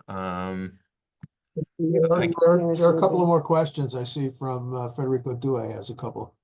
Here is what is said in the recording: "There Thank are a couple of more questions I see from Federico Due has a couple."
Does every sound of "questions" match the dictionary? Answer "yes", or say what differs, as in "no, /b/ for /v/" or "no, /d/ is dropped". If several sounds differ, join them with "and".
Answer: yes